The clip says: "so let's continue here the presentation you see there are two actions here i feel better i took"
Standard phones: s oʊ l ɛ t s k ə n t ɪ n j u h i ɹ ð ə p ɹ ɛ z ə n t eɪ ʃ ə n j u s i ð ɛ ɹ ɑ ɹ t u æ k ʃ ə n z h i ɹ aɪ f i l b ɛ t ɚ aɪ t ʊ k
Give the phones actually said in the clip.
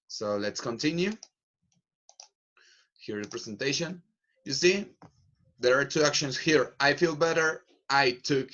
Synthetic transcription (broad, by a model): s oʊ l ɛ t s k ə n t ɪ n j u h i ɹ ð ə p ɹ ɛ s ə n t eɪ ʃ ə n j u s i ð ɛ ɹ ɑ ɹ t u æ k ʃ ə n s h i ɹ aɪ f i l b ɛ t ɚ aɪ t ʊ k